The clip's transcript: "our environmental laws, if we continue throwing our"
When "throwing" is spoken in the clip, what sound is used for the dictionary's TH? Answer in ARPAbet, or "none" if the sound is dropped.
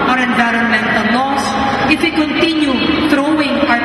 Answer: T